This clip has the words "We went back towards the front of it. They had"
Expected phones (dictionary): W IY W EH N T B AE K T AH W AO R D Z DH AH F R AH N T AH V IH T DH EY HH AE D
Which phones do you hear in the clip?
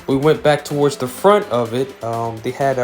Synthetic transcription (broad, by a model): W IY W EH N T B AE K T AH W AO R D Z DH AH F R AH N T AH V IH T DH EY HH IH D